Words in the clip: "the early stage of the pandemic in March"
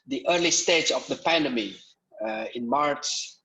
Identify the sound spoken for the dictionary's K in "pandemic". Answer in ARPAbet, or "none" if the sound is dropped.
none